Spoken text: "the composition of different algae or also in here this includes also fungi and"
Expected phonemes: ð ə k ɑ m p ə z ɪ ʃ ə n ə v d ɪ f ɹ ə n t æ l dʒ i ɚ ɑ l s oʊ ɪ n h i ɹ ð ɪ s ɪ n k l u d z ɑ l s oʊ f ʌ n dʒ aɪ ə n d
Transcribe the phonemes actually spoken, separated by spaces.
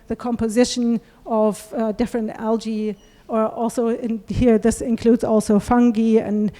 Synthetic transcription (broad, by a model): ð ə k ɑ m p ə z ɪ ʃ ə n ə v d ɪ f ɹ ə n t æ l dʒ i ɚ ɑ l s oʊ ɪ n h i ɹ ð ɪ s ɪ n k l u d z ɑ l s oʊ f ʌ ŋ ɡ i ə n